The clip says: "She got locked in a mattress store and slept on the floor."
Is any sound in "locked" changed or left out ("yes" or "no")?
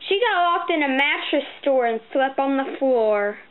yes